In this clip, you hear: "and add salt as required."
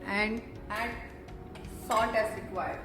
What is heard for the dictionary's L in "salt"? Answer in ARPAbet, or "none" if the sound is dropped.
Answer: N